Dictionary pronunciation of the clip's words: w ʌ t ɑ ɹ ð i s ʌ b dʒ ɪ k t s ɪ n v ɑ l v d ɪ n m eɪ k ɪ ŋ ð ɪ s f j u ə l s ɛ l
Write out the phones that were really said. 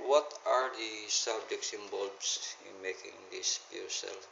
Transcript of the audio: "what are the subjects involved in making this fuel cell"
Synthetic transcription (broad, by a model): w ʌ t ɑ ɹ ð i s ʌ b dʒ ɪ k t s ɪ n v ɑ l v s ɪ n m eɪ k ɪ ŋ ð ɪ s p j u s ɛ l